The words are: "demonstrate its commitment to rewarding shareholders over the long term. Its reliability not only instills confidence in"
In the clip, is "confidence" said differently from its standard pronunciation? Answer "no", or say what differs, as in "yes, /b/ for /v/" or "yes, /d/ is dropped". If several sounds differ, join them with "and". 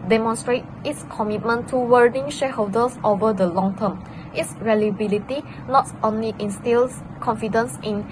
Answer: no